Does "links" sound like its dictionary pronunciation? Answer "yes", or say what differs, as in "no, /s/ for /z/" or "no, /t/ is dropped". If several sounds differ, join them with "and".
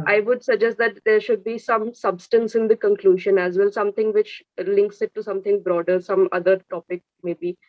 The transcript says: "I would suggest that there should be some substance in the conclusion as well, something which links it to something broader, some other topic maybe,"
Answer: yes